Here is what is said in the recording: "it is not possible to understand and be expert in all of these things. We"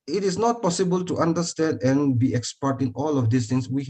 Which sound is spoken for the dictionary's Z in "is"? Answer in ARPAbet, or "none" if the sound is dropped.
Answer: S